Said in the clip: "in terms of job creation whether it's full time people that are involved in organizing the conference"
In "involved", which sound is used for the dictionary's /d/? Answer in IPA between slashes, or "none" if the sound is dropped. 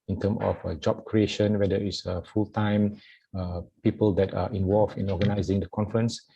none